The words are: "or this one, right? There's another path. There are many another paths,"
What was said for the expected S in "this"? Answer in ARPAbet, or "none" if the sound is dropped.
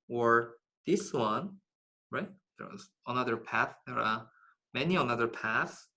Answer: S